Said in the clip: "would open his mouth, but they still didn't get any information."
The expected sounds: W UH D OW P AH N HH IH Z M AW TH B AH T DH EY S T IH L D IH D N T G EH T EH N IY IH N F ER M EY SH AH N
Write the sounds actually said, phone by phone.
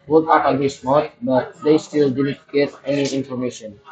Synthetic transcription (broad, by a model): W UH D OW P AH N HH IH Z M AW T B AH T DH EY S T IH L D IH D N T G EH T EH N IY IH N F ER M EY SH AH N